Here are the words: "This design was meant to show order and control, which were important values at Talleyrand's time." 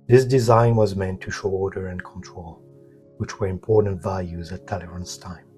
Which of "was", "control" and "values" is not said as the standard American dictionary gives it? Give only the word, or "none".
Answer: none